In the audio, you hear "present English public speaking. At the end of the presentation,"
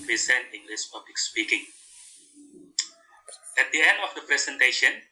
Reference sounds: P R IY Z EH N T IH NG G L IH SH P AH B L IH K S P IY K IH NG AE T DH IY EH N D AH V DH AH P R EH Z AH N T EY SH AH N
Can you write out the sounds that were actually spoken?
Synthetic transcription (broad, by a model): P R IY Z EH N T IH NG G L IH S P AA B L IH K S P IY K IH NG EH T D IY EH N D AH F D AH P R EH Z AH N T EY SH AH N